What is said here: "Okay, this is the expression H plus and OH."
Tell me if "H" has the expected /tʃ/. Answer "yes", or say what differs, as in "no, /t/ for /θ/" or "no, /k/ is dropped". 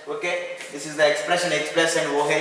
no, /s/ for /tʃ/